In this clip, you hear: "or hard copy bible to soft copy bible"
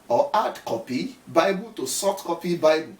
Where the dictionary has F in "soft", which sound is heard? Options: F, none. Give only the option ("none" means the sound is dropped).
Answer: none